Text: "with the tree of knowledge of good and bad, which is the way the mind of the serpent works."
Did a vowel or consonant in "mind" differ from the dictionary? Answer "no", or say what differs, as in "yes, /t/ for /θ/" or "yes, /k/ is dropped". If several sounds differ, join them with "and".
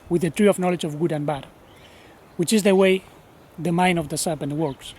yes, /d/ is dropped